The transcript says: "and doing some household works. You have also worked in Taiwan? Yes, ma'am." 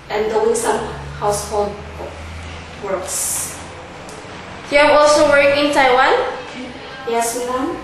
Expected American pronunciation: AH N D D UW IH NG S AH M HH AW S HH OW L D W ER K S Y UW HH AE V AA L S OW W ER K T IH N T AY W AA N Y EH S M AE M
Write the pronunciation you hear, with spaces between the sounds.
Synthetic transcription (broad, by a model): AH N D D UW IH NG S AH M HH AW S HH OW L D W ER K S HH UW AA AA L S OW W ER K IH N T AY W AA N Y EH S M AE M